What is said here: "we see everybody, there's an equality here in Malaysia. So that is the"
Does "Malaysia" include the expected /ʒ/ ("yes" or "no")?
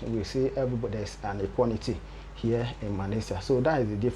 no